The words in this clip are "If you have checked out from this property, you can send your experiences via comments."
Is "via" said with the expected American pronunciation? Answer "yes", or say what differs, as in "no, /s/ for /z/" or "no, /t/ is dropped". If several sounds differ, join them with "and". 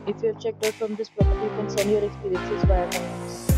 no, /b/ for /v/